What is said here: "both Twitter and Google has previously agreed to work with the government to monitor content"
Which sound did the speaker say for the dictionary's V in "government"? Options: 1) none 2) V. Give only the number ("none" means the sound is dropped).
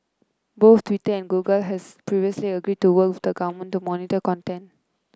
1